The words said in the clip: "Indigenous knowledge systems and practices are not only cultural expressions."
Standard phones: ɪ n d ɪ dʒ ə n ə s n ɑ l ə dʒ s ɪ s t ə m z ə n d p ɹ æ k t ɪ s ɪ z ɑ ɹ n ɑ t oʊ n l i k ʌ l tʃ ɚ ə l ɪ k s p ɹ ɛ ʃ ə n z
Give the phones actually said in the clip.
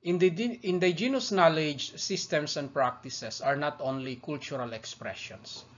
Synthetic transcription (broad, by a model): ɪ n d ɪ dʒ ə n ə s n ɑ l ə dʒ s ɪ s t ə m s ə n d p ɹ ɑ k t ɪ s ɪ s ɑ ɹ n ɑ t oʊ n l i k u l tʃ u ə l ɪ k s p ɹ ɛ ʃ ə n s